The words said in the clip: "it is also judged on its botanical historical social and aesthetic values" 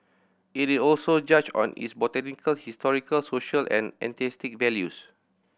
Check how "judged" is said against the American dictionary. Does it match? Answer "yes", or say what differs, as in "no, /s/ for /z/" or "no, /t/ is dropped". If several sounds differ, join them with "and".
no, /d/ is dropped